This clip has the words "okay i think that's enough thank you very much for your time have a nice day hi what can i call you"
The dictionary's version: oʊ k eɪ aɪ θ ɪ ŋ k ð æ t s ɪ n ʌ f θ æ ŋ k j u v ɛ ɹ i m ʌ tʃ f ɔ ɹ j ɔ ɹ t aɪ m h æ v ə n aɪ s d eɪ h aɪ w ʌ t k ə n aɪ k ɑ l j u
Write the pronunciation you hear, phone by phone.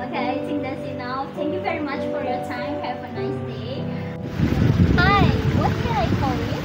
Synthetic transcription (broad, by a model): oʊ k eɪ aɪ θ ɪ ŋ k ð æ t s ɪ n ʌ f t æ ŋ k j u v ɛ ɹ i m ʌ tʃ f ɔ ɹ j ɔ ɹ t aɪ m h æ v ə n aɪ s d eɪ h aɪ w ʌ t k ə n aɪ k ɑ l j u